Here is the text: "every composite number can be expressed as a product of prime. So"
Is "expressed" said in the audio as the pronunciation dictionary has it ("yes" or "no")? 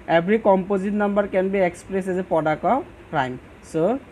no